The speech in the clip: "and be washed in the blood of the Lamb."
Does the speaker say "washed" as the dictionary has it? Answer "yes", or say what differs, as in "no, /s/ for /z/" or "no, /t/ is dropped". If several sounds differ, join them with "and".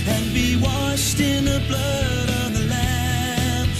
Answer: yes